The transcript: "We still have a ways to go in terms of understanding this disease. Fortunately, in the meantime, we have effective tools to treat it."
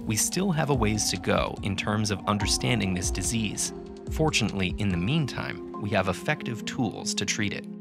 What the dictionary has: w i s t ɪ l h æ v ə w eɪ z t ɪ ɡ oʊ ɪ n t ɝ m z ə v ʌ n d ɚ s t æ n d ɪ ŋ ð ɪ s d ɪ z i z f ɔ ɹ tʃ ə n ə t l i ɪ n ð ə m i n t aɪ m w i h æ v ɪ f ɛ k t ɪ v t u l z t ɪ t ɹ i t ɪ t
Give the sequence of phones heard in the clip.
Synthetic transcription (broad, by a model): w i s t ɪ l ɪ v ə w eɪ z t ɪ ɡ oʊ ɪ n t ɝ m z ə v ʌ n d ɚ s t æ n d ɪ ŋ ð ɪ s d ɪ z i z f ɔ ɹ tʃ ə n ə t l i ɪ n ð ə m i n t aɪ m w i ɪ v ɪ f ɛ k t ɪ v t u l z t ɪ t ɹ i t ɪ t